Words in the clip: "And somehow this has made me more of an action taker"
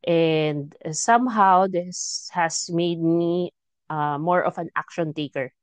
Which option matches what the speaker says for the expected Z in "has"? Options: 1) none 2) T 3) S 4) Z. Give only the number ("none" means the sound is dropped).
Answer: 3